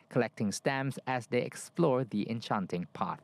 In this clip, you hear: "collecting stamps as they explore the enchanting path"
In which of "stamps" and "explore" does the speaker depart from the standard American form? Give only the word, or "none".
stamps